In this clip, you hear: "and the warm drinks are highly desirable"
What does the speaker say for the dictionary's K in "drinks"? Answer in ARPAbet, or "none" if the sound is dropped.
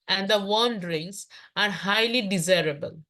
none